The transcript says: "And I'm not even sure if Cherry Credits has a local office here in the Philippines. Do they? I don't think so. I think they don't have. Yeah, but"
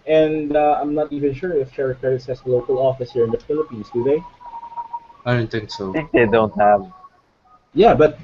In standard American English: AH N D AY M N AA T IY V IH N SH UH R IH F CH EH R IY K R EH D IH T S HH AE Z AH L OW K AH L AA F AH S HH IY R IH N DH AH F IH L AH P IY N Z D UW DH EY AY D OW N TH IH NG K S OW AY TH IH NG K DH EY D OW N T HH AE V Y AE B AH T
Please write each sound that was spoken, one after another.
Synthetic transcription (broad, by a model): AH N D AY M N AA T IY V IH N SH UH R IH F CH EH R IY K EH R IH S HH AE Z AH L OW K AH L AA F AH S HH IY R IH N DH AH F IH L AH P IY N S D UW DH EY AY D OW N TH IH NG K S OW TH IH NG K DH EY D OW N T HH AE V Y AE B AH T